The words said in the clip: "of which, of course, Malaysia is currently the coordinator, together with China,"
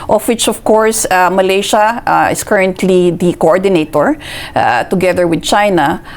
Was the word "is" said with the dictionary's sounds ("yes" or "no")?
no